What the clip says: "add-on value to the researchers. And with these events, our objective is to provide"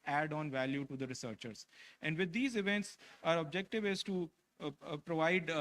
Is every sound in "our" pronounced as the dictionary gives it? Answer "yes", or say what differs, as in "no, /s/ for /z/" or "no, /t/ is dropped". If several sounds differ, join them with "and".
yes